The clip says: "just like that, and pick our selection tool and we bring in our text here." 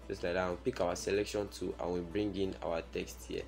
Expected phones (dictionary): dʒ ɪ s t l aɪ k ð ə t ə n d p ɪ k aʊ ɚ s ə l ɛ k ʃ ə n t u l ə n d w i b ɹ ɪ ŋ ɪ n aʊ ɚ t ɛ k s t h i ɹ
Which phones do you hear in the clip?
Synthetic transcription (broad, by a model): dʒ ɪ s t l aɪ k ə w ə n p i k aʊ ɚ s ə l ɛ k ʃ ə n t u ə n w i b ɹ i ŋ ɪ n aʊ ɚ t ɛ k s t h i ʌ